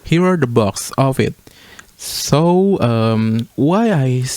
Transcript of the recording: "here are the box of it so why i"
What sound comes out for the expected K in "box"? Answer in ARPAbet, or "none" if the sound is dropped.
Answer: K